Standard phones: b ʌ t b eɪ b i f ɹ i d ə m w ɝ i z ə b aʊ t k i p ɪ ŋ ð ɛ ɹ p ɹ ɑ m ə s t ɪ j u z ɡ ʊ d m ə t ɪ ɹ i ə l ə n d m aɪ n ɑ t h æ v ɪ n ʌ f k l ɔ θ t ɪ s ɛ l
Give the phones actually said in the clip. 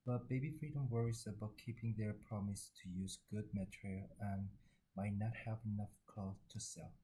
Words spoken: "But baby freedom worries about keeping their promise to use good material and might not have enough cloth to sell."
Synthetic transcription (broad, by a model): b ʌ t b eɪ b i f ɹ i d ə m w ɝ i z ə b aʊ t k i p ɪ ŋ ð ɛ ɹ p ɹ ɑ m ə s t ɪ j u z ɡ ʊ d m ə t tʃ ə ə n m aɪ n ɑ t h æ v ɪ n ʌ f k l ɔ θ t ɪ s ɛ l